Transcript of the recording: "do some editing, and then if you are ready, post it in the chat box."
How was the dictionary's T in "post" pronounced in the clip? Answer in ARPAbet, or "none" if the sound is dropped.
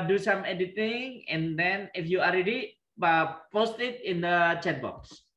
T